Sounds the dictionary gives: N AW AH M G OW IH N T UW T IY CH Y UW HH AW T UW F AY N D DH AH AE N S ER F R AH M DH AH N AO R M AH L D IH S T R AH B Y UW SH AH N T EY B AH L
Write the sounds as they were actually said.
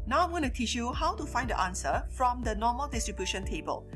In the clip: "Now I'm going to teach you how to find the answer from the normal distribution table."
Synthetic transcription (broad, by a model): N AW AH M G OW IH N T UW T IY CH Y UW HH AW T UW F AY N D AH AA N S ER F R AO M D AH N AO M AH L D IH S T R AH B Y UW SH AH N T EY B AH L